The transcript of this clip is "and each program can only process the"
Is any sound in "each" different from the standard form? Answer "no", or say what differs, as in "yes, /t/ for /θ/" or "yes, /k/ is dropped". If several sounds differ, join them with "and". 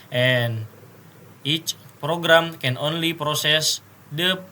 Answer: no